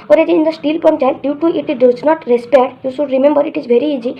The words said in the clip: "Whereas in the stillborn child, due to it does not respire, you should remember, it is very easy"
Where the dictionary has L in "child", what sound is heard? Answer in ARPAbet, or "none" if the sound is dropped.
N